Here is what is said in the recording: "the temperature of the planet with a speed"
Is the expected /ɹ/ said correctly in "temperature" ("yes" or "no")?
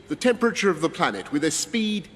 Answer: yes